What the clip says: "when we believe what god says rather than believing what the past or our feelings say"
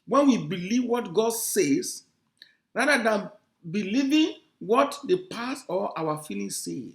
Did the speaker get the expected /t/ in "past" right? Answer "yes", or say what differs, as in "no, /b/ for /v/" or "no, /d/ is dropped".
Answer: no, /t/ is dropped